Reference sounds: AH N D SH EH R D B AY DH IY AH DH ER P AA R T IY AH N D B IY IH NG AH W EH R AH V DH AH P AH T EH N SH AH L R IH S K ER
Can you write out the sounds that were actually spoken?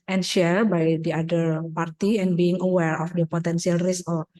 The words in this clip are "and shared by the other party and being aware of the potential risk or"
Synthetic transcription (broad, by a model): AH N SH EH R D B AY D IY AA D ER P AA R T IY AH N B IY IH NG AH W EH R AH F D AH P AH T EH N S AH L R IH S K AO